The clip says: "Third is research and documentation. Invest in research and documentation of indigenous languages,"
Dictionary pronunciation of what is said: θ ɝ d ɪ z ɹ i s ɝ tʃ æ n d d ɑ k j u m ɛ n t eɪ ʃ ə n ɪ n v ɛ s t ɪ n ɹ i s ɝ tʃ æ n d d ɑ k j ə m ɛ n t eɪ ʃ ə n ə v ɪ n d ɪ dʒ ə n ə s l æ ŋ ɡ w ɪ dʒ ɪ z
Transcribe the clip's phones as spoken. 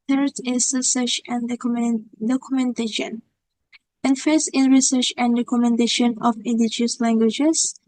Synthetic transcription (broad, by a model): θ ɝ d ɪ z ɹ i s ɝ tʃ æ n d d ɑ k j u m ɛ n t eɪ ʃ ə n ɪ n f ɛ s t ɪ n ɹ i s ɝ tʃ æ n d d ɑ k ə m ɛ n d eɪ ʃ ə n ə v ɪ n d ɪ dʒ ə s l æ ŋ ɡ w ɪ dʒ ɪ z